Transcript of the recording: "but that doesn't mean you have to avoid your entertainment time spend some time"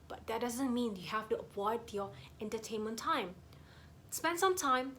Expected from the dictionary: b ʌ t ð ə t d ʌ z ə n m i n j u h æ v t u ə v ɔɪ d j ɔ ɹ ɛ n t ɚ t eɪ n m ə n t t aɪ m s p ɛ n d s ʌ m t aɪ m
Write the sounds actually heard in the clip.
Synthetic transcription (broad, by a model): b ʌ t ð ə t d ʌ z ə n m i n j u h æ f t u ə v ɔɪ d j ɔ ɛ n t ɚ t eɪ n m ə n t t aɪ m s p ɛ n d s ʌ m t aɪ m